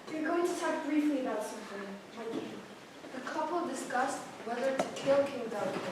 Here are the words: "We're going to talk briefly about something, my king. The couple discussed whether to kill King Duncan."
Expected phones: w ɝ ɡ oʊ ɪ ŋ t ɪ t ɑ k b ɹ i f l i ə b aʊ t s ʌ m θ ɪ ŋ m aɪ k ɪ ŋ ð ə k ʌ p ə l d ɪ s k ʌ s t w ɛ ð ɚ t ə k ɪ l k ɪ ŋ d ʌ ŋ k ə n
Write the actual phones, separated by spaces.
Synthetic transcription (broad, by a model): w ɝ ɡ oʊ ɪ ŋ t ɪ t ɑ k b ɹ i f l i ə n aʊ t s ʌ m f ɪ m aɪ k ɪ ð ə k ʌ p ə l d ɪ s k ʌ s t w ɛ ð ɚ t ə k ɪ l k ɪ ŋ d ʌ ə